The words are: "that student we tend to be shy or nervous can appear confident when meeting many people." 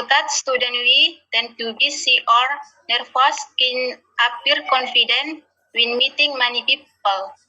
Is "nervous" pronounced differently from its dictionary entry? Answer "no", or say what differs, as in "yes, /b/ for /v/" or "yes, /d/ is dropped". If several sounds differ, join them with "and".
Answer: yes, /f/ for /v/